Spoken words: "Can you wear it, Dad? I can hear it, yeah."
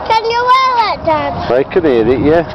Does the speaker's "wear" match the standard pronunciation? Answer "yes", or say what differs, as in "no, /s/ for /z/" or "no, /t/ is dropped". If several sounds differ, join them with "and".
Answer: no, /l/ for /ɹ/